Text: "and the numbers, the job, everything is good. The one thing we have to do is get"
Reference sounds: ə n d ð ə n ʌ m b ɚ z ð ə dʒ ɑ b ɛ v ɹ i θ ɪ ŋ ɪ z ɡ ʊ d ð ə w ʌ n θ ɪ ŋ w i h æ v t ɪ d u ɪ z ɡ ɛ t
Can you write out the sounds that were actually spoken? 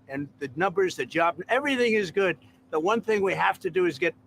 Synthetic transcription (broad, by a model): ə n ð ə n ʌ m b ɚ z ð ə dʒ ɑ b ɛ v ɹ i θ ɪ ŋ ɪ z ɡ ʊ d ð ə w ʌ n θ ɪ ŋ w i h æ f t ɪ d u ɪ z ɡ ɛ t